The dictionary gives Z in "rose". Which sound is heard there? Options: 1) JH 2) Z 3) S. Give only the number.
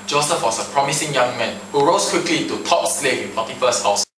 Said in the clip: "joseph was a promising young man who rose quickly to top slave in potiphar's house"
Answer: 3